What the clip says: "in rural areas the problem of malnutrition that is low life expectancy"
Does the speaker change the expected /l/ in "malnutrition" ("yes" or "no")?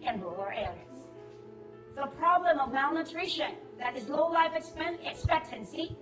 no